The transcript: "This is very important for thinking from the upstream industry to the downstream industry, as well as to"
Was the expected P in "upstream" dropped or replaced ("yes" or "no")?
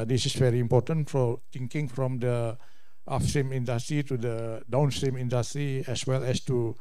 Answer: yes